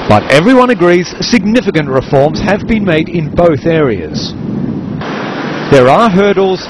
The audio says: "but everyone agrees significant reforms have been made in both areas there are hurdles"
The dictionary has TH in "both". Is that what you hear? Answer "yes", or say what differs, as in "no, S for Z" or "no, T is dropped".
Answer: yes